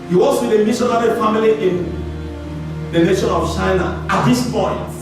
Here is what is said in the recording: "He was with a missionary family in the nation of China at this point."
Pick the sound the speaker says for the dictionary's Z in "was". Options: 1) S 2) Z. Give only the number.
1